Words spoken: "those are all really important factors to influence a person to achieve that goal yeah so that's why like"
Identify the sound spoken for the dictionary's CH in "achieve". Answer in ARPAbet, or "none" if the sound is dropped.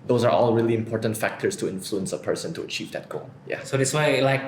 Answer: CH